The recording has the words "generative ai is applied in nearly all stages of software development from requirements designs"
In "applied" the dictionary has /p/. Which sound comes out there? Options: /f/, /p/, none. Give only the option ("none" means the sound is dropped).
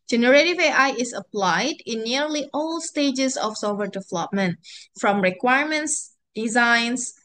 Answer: /p/